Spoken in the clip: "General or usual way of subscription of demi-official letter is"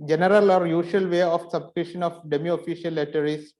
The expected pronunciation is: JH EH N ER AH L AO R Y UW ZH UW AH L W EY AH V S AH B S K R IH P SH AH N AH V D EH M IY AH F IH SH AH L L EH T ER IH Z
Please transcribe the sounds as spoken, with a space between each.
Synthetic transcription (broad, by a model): JH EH N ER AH L AO R Y UW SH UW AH L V EY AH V S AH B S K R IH SH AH N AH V D EH M IY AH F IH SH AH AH L EH T ER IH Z